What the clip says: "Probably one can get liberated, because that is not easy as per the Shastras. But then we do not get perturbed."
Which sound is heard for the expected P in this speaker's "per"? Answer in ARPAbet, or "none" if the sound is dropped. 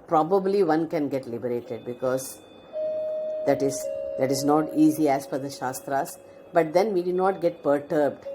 F